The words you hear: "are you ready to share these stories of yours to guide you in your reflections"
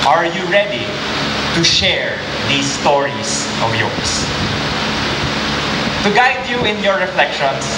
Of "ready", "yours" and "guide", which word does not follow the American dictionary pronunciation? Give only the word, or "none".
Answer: yours